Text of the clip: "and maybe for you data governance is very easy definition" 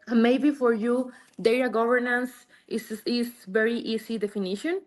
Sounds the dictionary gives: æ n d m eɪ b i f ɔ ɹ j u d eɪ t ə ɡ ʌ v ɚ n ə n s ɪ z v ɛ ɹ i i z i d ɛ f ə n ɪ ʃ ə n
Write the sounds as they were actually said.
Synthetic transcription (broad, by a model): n m eɪ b i f ɔ ɹ j u d eɪ t ə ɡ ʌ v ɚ n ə n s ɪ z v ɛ ɹ i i s i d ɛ f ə n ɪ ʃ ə n